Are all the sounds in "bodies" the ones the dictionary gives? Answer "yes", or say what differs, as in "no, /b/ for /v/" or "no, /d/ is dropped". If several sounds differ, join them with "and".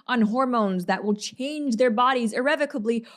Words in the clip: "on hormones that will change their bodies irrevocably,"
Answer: yes